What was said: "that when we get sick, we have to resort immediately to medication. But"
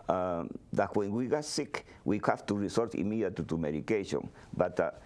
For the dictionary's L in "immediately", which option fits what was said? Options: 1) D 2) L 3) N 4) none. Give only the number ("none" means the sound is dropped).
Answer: 4